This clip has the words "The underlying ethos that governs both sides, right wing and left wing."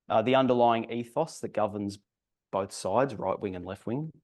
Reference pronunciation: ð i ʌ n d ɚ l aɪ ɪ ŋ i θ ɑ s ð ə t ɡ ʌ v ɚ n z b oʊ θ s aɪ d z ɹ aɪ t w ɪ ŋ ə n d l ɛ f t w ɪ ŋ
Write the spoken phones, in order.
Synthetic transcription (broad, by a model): ð i ʌ n d ɚ l aɪ ɪ ŋ i θ ɑ s ð ə t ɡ ʌ v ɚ n z b oʊ θ s aɪ d z ɹ aɪ t w ɪ ŋ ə n l ɛ f t w ɪ ŋ